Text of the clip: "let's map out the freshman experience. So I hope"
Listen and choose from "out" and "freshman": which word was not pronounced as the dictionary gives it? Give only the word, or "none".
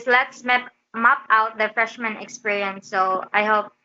none